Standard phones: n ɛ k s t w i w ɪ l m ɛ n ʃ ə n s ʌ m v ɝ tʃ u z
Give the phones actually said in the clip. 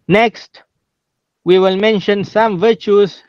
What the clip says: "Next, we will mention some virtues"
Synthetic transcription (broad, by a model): n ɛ k s t w i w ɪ l m ɛ n ʃ ə n s ʌ m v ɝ tʃ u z